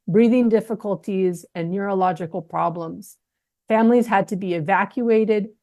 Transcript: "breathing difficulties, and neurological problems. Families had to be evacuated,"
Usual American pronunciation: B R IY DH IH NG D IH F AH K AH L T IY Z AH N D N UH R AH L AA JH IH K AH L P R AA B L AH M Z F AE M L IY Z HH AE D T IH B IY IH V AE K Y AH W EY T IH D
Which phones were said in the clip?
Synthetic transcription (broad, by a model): B R IY DH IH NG D IH F AH K AH L T IY Z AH N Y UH R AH L AA JH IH K L P R AA B L AH M Z F AE M L IY Z HH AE D T IH B IY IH V AE K Y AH EY T IH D